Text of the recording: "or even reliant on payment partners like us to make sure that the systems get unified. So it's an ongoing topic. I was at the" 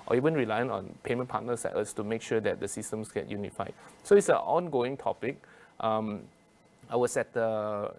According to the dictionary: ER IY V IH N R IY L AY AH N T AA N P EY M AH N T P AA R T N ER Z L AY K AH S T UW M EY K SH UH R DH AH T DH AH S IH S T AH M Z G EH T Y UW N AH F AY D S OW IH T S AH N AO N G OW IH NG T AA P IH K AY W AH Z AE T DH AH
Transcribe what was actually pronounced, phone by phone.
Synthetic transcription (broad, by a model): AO IY V IH N R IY L AY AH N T AA N P EY M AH N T P AA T N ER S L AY AH S T UW M EY K SH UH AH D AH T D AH S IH S T AH M S G EH T Y UW N AH F AY D S OW IH T S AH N AO N G OW IH NG T AA P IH K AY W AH S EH T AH